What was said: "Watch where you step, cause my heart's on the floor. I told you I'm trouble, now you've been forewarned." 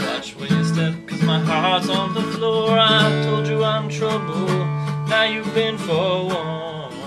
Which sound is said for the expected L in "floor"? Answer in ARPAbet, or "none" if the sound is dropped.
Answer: L